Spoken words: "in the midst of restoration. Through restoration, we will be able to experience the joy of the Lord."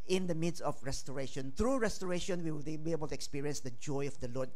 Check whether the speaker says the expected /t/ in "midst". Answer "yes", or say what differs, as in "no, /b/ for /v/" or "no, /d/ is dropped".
no, /t/ is dropped